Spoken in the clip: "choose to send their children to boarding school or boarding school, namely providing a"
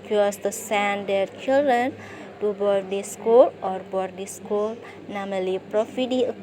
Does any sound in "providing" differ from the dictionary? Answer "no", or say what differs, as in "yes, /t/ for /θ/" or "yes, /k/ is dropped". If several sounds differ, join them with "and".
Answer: yes, /f/ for /v/